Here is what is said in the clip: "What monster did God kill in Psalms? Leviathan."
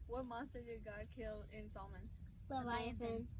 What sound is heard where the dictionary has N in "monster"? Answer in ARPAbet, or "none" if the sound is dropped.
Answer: none